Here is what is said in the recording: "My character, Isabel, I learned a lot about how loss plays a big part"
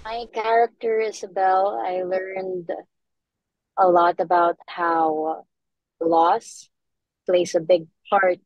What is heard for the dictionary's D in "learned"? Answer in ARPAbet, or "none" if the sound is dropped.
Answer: D